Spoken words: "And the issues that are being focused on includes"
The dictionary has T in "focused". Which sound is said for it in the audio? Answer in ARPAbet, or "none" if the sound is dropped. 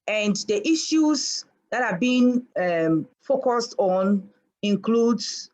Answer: T